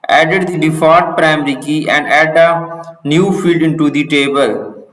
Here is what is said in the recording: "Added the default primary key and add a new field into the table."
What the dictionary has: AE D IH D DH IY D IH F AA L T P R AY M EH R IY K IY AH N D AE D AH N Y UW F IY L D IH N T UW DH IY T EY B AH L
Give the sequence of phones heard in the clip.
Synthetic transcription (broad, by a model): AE D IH D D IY D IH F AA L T P R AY M R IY K IY AH N D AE D AH N Y UW F IY L D IH N T UW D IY T EY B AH L